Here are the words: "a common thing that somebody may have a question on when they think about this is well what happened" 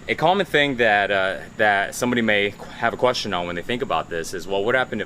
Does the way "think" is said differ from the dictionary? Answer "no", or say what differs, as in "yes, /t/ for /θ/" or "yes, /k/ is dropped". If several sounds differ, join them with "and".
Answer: no